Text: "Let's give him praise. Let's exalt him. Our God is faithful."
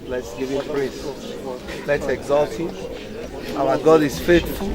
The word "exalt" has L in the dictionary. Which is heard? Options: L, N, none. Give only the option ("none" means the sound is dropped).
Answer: L